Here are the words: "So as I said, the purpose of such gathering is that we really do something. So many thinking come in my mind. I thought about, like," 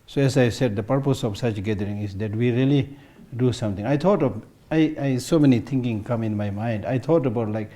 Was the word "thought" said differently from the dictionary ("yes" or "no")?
yes